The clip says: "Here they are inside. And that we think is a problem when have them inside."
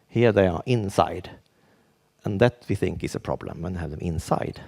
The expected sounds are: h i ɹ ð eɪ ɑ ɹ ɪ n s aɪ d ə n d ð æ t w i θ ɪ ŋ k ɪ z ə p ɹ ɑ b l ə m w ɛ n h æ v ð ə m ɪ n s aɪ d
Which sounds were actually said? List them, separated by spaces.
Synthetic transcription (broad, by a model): h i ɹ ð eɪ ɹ ɪ n s aɪ d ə n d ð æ t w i θ ɪ ŋ k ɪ s ə p ɹ ɑ b l ə m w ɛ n h æ v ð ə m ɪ n s aɪ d